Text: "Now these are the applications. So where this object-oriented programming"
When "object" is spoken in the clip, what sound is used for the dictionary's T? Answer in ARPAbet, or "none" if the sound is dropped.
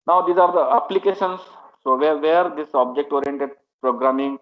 T